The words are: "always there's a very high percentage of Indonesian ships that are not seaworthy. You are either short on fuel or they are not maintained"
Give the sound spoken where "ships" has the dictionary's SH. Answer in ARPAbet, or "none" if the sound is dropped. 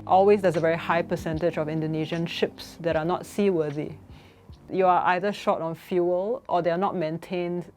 SH